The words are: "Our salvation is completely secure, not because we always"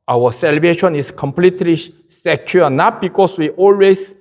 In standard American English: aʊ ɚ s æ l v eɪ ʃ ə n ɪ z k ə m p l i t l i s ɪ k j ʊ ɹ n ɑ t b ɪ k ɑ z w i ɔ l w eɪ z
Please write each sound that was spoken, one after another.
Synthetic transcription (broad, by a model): aʊ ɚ s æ l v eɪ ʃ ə n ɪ s k ə m p l i t l i s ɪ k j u n ɑ t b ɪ k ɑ s w i ɔ l w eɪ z